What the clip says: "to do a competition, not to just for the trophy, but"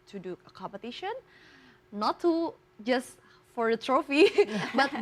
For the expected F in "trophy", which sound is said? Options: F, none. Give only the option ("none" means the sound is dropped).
F